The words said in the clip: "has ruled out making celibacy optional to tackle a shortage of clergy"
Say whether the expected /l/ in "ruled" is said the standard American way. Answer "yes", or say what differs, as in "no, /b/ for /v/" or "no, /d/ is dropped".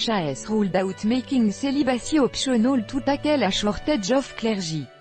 yes